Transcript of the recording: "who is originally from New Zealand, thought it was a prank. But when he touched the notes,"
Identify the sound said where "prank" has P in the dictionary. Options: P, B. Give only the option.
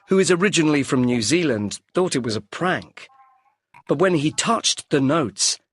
P